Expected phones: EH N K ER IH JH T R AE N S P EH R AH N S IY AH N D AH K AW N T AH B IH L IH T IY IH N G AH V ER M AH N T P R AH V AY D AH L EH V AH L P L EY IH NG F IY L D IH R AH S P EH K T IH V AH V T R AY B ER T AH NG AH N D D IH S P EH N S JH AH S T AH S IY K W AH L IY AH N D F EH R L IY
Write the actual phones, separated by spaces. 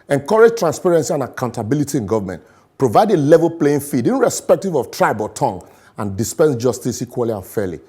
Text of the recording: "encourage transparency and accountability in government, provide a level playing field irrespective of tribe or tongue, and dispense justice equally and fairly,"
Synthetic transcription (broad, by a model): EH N K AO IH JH T R AE N S P EH R AH N S IY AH N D AH K AW N T AH B IH L IH T IY IH N G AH V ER M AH N T P R AH V AY D AH L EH V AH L P L EY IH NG F IY D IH R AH S P EH K T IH V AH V T R AY B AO T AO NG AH N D D IH S P EH N S JH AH S T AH S IY K W AH L IY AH N F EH L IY